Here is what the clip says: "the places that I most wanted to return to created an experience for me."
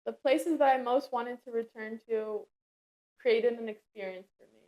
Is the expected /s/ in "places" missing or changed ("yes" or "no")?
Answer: no